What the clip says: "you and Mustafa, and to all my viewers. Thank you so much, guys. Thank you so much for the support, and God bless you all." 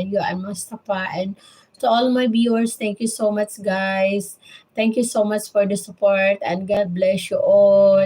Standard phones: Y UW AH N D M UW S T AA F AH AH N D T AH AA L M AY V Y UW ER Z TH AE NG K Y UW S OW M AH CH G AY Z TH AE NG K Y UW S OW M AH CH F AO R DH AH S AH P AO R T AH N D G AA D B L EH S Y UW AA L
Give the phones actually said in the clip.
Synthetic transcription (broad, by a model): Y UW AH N M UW S T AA P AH AH N D T AH AA L M AY B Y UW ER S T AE NG K Y UW S OW M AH CH G AY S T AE NG K Y UW S OW M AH CH F AO R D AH S AH P AO R T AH N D G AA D B L EH S Y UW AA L